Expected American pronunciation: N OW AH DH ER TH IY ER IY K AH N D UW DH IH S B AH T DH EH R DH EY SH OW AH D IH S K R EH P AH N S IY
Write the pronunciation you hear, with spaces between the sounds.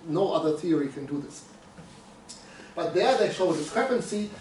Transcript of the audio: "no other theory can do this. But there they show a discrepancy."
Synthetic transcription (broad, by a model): N OW AH DH ER TH IY ER IY K AH N D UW DH IH S B AH T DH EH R DH EY SH OW AH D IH S K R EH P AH N S IY